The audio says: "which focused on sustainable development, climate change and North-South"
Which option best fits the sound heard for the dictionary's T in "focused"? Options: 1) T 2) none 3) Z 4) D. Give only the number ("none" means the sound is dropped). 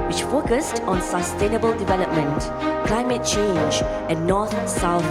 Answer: 1